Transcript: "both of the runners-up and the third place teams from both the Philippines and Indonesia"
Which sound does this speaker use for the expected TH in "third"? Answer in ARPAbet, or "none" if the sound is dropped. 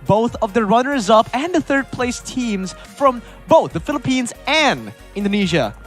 TH